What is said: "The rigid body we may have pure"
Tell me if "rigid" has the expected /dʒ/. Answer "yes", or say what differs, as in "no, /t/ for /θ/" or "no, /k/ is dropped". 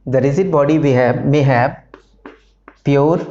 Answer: no, /z/ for /dʒ/